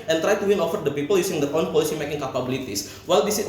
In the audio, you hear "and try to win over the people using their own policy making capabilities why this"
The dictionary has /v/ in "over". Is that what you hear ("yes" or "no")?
no